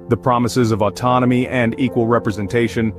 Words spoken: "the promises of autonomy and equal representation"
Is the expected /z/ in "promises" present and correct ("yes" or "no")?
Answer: yes